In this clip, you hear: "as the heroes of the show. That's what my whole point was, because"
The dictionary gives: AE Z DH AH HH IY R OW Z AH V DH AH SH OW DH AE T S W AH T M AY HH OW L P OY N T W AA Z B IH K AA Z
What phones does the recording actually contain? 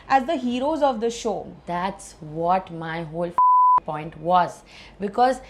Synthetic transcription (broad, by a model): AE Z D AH HH IY R OW Z AH V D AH SH OW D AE T S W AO T M AY HH OW L P OY N T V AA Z B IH K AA Z